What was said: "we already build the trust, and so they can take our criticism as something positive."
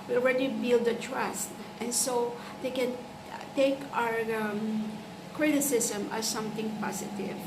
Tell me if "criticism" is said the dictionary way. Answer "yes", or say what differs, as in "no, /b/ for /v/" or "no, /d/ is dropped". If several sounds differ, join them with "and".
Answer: no, /s/ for /z/